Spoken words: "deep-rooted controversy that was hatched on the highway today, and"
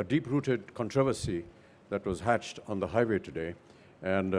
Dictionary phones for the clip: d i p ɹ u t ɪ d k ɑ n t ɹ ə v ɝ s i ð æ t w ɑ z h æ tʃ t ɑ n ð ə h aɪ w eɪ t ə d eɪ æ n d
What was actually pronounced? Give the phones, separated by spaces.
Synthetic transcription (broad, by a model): d i p ɹ u t ɪ d k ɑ n t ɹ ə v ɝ s i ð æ t w ɑ z h æ tʃ t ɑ n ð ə h aɪ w eɪ t ə d eɪ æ n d